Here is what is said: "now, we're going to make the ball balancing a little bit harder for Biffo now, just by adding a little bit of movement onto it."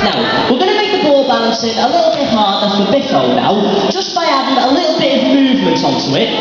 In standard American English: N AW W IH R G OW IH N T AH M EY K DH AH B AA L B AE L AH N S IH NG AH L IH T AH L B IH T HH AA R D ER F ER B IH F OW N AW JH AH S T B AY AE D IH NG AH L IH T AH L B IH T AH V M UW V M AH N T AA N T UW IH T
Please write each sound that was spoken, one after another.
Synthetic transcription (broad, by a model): N AW W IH L G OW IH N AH M EY K DH AH B AA L B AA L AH N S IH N AH L IH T L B IH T HH AA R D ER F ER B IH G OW N AW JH AH S B AY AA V IH NG AH L IH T L B IH T AH V M UW V M AH N T AA N T UW IH T